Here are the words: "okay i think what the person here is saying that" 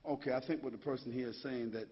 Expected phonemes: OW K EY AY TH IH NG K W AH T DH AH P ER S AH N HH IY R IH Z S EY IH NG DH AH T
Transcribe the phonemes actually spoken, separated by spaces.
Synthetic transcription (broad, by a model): OW K EY AY TH IH NG K W AH T DH AH P ER S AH N HH IY R IH Z S EY IH NG DH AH T